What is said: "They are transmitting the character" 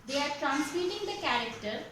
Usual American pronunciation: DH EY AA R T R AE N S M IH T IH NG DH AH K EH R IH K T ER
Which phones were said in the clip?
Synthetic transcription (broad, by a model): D EY AA R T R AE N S IY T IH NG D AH K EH R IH K T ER